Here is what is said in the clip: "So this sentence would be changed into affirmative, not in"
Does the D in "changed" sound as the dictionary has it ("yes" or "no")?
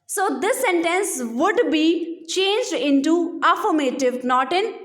yes